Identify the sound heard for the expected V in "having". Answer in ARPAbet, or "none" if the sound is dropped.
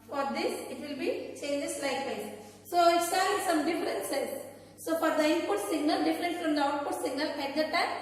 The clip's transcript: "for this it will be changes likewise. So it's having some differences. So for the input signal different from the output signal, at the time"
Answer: none